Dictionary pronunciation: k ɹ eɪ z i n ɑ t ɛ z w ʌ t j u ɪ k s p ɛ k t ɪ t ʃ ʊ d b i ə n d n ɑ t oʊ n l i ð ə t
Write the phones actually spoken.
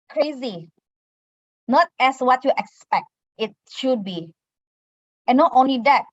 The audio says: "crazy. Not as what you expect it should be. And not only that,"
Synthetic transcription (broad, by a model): k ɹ eɪ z i n ɑ t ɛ s w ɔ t j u ɪ k s p ɛ k t ɪ t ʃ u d b i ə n n ɑ t oʊ n l i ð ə t